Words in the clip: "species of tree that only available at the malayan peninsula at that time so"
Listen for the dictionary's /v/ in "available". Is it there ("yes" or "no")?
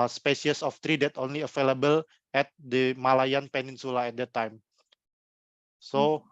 no